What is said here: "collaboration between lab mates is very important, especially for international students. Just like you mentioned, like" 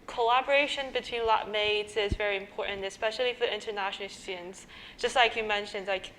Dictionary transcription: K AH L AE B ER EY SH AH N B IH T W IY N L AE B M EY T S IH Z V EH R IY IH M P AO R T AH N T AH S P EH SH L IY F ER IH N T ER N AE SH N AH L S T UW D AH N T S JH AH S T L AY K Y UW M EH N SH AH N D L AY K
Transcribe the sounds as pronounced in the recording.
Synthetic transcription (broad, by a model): K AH L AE B ER EY SH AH N B IH T W IY N L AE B M EY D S IH Z V EH R IY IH M P AO R T N T AH S P EH SH L IY F ER IH N T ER N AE SH N L S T UW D N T S JH AH S T L AY K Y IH M EH N SH AH N D L AY K